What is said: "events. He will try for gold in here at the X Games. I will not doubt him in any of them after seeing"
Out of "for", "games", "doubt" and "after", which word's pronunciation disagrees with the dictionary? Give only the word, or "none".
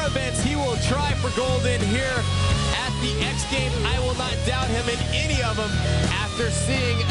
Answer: games